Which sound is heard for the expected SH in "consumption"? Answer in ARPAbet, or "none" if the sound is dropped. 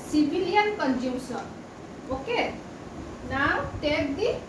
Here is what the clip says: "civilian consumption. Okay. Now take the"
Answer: S